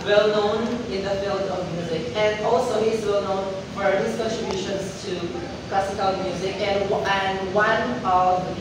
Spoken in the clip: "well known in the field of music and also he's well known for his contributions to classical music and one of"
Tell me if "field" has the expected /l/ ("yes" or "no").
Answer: yes